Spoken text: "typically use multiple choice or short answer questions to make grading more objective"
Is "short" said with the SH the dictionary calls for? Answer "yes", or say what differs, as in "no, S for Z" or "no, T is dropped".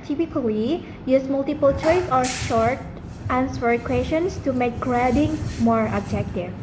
yes